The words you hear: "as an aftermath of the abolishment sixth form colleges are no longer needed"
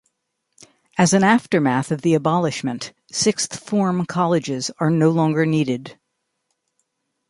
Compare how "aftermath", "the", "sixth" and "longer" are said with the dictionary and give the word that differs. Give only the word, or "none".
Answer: none